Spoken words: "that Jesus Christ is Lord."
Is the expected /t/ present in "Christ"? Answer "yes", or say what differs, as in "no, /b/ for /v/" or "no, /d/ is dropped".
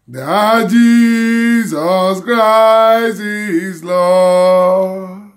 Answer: no, /t/ is dropped